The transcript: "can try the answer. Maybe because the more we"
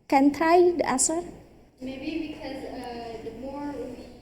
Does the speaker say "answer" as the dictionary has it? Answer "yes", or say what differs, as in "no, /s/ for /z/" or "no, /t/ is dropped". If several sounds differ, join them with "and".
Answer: no, /n/ is dropped